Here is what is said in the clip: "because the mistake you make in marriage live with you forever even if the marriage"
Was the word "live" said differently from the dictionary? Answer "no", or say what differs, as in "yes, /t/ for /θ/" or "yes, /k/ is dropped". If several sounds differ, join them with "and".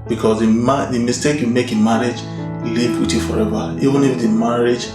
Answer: yes, /p/ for /v/